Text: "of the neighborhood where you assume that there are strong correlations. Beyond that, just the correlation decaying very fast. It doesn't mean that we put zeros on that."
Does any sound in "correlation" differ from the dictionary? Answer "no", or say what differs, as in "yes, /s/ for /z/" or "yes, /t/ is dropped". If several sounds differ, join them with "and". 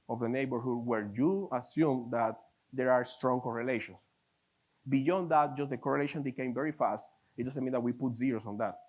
no